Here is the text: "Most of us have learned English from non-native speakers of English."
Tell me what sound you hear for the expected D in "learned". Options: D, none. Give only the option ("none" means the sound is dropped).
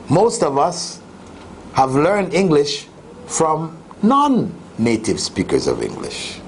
D